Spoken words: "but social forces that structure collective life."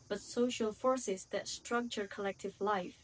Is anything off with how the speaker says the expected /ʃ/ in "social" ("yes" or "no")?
no